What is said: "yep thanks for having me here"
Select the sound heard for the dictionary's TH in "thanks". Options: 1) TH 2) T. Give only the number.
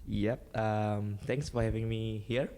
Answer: 2